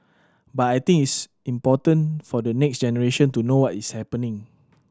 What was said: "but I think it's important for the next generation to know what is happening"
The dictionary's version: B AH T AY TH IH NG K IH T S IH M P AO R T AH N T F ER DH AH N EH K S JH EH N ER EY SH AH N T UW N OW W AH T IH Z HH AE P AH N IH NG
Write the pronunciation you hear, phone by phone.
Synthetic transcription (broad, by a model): B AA T AY T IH NG IH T S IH M P AO T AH N F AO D AH N EH K S JH EH N ER EY SH AH N T UW N OW W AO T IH S HH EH P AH N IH NG